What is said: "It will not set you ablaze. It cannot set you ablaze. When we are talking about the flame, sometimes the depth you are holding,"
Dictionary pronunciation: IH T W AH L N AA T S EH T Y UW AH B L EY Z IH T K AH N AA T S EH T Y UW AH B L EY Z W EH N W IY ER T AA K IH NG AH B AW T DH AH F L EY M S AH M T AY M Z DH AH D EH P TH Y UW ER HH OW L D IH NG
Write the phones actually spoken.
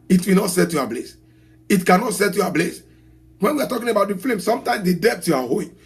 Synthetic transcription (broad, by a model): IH T W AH N AA T S EH T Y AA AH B L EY S IH T K AH N AA T S EH T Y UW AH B L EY S W EH N W IY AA T AA K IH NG AH B AW T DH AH F L EY M S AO M T AY M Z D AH D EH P T Y UW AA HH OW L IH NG